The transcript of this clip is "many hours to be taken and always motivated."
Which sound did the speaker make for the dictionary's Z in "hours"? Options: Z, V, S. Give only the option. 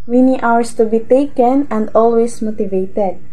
S